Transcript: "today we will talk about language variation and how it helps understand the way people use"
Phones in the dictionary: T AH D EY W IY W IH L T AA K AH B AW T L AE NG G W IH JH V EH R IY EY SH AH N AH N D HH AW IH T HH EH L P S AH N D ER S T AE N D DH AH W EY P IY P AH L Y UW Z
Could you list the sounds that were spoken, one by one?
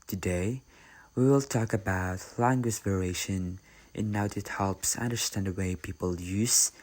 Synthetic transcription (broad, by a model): T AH D EY W IY W IH L T AA K AH B AW T L AE NG G W IH JH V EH R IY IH SH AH N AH N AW IH T HH EH L P S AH N D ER S T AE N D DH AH W EY P IY P AH L Y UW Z